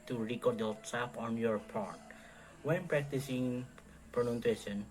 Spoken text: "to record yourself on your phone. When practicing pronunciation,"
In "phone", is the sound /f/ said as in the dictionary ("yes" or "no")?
no